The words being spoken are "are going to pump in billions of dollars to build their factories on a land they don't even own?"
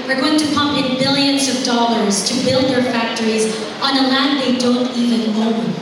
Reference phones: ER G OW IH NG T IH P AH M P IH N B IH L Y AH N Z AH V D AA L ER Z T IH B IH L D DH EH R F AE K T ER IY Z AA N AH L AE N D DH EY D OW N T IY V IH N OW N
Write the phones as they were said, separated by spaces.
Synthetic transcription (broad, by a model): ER G OW IH NG T IH P AH M P IH N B IH L Y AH N Z AH V D AA L ER Z T IH B IH L D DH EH R F AE K T ER IY Z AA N AH L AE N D DH EY D OW N T IY V IH N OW